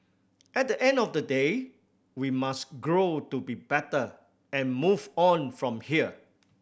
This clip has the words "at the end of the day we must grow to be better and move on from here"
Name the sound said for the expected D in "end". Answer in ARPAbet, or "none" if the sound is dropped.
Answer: D